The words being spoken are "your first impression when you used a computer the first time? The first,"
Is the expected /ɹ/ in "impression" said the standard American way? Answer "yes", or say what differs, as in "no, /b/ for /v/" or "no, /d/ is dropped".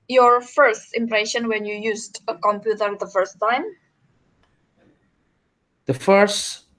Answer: yes